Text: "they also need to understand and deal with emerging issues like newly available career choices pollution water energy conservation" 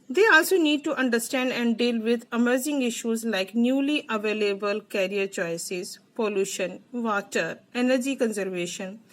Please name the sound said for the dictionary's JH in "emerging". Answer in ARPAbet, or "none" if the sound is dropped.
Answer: Z